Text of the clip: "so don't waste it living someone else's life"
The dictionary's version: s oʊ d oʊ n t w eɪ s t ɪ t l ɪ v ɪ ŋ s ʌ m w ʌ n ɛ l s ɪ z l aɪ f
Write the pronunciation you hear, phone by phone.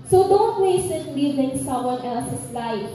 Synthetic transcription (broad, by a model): s oʊ d oʊ n t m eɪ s ɪ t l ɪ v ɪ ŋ s ʌ m w ʌ n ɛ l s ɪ s l aɪ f